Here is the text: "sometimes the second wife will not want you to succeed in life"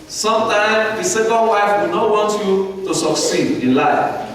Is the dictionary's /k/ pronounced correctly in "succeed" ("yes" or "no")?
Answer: yes